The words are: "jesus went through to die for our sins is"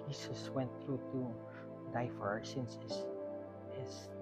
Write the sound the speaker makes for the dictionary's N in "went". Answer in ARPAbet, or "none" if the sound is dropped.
N